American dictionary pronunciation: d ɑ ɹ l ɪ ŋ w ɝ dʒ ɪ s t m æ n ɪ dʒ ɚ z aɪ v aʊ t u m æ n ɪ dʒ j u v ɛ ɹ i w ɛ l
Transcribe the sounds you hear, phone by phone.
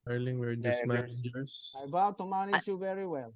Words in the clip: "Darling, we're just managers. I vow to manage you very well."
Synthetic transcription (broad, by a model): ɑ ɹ l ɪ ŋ w ɝ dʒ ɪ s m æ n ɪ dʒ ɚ s aɪ b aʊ t u m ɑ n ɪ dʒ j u v ɛ ɹ i w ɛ l